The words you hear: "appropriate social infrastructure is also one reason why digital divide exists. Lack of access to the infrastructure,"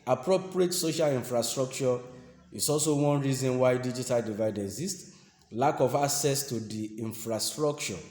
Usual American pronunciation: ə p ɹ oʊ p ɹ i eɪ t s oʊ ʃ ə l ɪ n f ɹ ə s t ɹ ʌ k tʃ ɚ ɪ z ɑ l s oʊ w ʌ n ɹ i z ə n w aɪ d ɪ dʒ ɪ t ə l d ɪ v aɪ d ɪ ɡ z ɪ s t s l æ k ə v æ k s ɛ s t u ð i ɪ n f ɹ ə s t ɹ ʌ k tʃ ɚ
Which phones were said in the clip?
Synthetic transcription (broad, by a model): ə p ɹ oʊ p ɹ i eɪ t s oʊ ʃ ə l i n f ɹ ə s t ɹ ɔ k tʃ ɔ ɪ s ɑ l s oʊ w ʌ n ɹ i z ə n w aɪ d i dʒ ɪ t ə l d ɪ v aɪ d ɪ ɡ z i s t l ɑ k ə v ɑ k s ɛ s t u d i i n f ɹ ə s t ɹ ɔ k tʃ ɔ